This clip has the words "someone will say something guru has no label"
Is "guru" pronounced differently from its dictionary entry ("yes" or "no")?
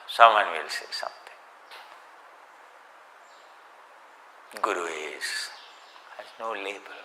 yes